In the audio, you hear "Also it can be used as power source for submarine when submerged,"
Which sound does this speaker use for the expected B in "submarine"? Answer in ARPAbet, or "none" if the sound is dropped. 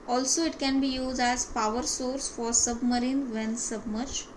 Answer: B